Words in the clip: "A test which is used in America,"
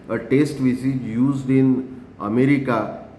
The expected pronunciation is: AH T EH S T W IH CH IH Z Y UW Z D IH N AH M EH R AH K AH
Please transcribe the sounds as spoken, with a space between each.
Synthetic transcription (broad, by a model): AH T EH S T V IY S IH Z Y UW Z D IH N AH M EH R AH K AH